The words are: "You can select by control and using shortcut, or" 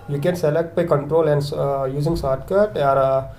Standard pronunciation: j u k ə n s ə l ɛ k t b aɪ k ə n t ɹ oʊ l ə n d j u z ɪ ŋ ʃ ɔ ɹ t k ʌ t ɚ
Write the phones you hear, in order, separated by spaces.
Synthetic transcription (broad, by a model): j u k ə n s ə l ɛ k t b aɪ k ə n t ɹ oʊ l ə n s j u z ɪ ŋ s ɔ ɹ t k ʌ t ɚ